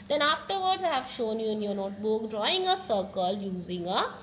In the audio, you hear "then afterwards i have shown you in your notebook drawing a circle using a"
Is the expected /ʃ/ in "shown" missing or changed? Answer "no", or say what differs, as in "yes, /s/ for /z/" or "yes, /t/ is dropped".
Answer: no